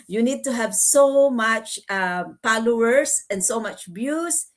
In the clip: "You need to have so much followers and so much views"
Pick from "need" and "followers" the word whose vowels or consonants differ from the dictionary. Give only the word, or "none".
followers